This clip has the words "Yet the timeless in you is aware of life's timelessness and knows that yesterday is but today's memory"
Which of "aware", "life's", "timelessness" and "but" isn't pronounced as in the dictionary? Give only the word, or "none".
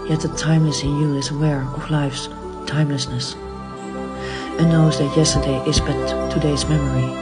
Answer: none